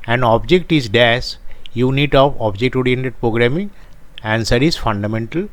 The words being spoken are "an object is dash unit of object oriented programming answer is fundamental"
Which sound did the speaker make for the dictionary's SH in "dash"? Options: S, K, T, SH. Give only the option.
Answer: S